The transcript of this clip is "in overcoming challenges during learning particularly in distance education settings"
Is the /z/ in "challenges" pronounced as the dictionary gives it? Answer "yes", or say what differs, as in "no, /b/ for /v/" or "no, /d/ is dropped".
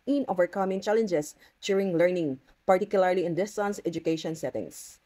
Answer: no, /s/ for /z/